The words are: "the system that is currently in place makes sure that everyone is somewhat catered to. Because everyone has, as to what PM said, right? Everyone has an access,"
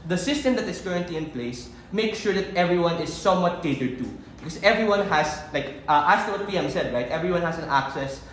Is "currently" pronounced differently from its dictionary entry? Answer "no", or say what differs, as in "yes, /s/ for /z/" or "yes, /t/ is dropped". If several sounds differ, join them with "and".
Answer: no